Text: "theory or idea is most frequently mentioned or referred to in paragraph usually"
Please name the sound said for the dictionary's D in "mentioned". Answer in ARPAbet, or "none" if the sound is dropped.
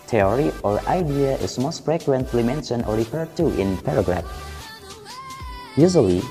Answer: none